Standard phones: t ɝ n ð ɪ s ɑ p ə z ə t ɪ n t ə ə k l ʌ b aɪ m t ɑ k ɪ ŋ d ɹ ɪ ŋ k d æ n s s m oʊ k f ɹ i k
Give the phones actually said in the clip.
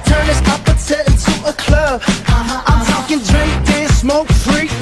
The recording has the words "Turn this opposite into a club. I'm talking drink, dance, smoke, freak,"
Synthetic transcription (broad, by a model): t ɝ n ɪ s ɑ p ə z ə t ɪ n t ə ə k l ʌ b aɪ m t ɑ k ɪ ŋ d ɹ ɪ ŋ k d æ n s s m oʊ k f ɹ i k